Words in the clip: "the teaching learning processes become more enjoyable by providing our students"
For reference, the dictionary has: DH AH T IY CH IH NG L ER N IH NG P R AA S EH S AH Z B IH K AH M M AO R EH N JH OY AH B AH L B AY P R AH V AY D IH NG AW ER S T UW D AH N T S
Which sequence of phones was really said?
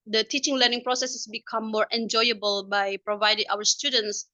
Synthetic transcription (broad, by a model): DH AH T IY CH IH NG L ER N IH NG P R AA S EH S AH S B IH K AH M M AO R EH N JH OY AH B AH L B AY P R AH V AY D IH NG AW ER S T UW D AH N T S